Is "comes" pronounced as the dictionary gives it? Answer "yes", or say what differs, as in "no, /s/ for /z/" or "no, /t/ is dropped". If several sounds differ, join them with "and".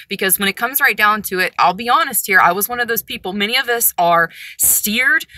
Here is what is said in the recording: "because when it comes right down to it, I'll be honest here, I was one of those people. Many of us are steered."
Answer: yes